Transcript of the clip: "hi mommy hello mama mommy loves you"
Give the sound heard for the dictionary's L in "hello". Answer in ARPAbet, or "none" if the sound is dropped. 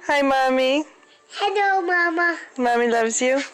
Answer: N